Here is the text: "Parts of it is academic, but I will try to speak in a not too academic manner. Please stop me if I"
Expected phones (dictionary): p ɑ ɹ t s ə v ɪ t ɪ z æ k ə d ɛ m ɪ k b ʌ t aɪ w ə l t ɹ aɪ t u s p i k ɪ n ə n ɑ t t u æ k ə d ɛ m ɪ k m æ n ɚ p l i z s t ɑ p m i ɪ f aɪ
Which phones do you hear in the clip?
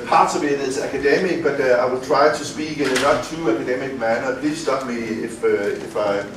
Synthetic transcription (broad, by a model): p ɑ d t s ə b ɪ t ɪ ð æ k ə d ɛ m ɪ k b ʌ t aɪ w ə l t ɹ aɪ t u s p i k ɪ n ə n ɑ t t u æ k ə d ɛ m ɪ k m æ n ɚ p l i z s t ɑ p m i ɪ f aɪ